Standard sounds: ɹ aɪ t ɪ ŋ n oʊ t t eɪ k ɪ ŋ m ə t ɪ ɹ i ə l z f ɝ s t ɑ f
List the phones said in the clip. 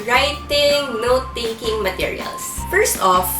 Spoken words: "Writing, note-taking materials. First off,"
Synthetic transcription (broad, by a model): ɹ aɪ t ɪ ŋ n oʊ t t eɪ k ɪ ŋ m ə t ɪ ɹ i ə l s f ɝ s t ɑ f